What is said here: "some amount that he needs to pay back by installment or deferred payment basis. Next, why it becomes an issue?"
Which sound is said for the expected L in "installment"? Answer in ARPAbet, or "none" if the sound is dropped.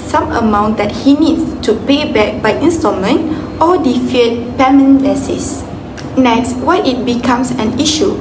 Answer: none